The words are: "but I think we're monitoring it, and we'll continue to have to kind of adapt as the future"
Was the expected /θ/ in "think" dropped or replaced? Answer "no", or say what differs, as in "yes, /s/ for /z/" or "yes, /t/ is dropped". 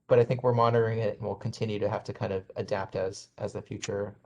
no